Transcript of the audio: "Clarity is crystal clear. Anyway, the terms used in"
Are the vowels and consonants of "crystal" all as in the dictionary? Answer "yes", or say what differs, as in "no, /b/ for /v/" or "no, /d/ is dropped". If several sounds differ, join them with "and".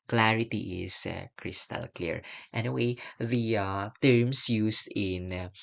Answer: yes